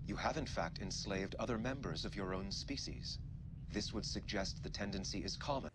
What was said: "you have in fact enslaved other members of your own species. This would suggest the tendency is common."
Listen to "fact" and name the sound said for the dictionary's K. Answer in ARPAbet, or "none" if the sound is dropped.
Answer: K